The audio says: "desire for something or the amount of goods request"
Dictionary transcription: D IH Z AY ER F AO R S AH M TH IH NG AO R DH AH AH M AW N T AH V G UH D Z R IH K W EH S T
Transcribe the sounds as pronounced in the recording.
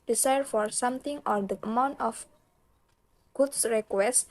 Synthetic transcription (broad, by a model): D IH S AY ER F AO R S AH M T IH NG AO R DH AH AH M AW N T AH F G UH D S R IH K W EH S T